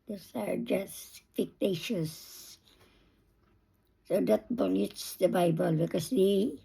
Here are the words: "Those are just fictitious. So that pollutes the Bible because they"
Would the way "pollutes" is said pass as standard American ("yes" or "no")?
no